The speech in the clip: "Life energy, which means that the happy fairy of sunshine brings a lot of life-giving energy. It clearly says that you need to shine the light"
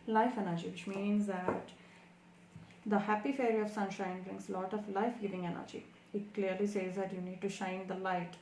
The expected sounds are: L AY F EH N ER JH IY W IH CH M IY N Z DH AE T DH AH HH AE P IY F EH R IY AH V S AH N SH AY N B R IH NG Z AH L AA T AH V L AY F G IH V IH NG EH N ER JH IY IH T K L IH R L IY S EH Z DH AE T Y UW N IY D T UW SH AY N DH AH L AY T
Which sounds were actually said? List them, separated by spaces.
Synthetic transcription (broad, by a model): L AY F EH N ER JH IY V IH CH M IY N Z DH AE T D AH HH AE P IY F EH R IY AH V S AH N SH AY N B R IH NG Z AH L AA T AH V L AY F G IH V IH NG EH N ER JH IY IH T K L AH R L IY S EH Z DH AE T Y UW N IY D T UW SH AY N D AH L AY T